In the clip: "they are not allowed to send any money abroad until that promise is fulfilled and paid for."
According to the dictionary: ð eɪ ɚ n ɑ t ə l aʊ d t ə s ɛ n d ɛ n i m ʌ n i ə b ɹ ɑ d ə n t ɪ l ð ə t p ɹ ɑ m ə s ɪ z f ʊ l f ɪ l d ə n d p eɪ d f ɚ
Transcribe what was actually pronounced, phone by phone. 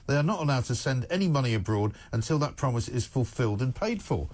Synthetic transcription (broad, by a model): ð eɪ ɚ n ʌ t ə l aʊ d t ə s ɛ n d ɛ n i m ʌ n i ə b ɹ ɑ d ə n t ɪ l ð ə t p ɹ ɑ m ə s ɪ z f ʊ l f ɪ l d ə n p eɪ d f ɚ